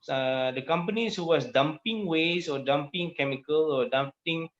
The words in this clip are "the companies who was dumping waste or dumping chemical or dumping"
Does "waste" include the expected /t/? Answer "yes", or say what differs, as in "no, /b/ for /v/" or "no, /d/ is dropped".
no, /t/ is dropped